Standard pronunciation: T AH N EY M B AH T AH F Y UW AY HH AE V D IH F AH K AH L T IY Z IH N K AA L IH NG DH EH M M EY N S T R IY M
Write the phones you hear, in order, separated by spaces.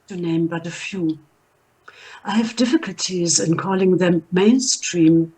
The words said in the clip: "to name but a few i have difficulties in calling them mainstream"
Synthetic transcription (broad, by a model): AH N EY M B AH T AH F Y UW AY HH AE V D IH F AH K AH L T IY Z IH N K AA L IH NG DH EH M M EY N S T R IY M